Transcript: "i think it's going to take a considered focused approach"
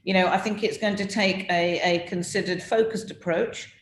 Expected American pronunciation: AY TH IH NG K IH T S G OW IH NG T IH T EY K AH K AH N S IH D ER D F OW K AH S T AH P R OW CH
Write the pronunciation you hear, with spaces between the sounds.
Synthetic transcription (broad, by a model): AY TH IH NG K IH T S G OW IH NG T IH T EY K AH K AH N S IH D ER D F OW K AH S T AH P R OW CH